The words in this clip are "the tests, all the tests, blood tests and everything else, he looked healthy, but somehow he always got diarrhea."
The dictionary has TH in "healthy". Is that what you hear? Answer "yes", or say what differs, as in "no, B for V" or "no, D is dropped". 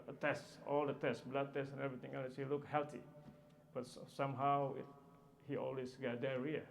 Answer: no, T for TH